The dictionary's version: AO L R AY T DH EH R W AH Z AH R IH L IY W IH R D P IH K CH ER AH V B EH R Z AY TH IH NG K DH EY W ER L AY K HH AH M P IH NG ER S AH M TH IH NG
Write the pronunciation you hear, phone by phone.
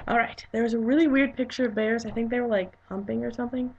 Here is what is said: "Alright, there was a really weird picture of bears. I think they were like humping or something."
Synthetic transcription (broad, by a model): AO L R AY T DH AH R W AH Z AH R IH L IY W IH R D P IH K CH ER AH V B EH R Z AY TH IH NG K DH EY W ER L AY K HH AH M P IH NG ER S AH M TH IH NG